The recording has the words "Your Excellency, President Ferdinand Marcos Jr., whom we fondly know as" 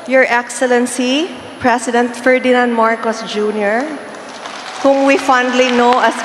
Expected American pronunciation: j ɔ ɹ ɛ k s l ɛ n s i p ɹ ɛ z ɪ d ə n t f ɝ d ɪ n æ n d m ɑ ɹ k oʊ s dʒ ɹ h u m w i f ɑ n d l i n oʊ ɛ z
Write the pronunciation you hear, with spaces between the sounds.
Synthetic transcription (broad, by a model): j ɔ ɹ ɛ k s l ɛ n s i p ɹ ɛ s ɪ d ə n t f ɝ d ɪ n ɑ n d m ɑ ɹ k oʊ s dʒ ɹ h u m w i f ɑ n d l i n oʊ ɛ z